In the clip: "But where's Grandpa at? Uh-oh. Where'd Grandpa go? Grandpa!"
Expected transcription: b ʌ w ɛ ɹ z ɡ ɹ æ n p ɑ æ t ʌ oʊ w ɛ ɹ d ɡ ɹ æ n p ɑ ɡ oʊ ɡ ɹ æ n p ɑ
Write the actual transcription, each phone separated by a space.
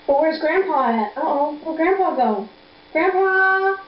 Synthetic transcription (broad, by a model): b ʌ w ɛ ɹ z ɡ ɹ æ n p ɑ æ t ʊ oʊ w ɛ ɡ ɹ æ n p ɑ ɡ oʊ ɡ ɹ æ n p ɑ